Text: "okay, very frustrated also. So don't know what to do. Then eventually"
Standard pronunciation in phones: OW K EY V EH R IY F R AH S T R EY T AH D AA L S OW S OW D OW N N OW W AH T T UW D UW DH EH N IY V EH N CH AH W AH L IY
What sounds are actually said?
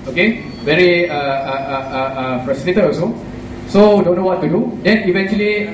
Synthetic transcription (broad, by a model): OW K EY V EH R IY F R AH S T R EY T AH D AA S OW S OW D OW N N OW W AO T T UW D UW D EH N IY V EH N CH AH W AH L IY